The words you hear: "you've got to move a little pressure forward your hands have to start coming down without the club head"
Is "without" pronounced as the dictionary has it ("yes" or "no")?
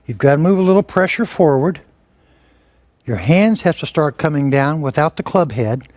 yes